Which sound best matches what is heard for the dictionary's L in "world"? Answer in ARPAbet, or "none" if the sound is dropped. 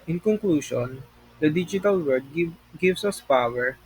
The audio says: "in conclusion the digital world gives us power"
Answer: none